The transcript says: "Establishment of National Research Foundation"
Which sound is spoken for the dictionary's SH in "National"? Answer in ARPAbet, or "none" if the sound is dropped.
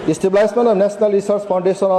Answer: S